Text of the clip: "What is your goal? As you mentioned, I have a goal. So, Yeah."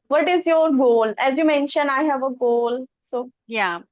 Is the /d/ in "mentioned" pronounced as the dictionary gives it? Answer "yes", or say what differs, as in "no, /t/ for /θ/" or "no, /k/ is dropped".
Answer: no, /d/ is dropped